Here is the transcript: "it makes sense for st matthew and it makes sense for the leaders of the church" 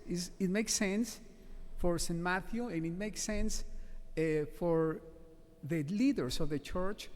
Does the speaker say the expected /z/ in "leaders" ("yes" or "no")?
no